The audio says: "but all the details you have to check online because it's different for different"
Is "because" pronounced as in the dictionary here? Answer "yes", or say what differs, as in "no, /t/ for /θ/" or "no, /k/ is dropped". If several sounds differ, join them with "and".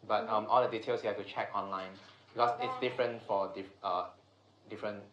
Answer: no, /s/ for /z/